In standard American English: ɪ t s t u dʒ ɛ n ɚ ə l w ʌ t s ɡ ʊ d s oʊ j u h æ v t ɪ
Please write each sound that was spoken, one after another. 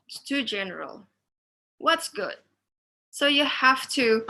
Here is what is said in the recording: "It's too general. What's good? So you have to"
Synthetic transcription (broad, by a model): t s t u dʒ ɛ n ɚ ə l w ʌ t s ɡ ʊ d s oʊ j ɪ h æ f t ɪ